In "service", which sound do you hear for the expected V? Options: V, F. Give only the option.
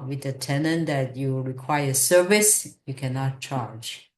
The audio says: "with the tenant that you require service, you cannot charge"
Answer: V